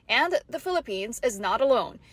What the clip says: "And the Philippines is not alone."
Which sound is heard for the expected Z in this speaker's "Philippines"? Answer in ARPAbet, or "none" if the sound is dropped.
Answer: Z